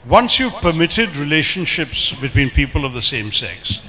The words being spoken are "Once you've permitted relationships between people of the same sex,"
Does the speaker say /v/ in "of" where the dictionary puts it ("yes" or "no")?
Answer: yes